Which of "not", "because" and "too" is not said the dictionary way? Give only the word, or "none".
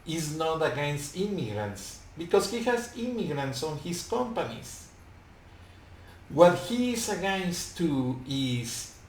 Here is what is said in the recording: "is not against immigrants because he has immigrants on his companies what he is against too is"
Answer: because